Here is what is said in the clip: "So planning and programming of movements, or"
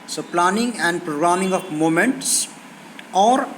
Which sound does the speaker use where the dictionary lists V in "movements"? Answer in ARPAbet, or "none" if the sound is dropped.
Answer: none